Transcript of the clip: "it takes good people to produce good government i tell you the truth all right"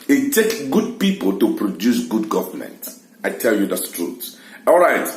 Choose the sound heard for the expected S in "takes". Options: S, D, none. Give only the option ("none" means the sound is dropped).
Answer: none